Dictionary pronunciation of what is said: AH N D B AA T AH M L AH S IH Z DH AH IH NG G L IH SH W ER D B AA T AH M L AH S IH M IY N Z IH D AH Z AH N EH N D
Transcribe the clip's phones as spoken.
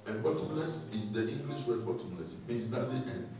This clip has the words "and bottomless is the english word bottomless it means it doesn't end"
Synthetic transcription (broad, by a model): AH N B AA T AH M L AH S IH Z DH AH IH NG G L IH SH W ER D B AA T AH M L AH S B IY Z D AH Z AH EH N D